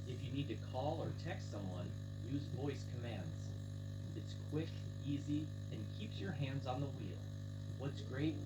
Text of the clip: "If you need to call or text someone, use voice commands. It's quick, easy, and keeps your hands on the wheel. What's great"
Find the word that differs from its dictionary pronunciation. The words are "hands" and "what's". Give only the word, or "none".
none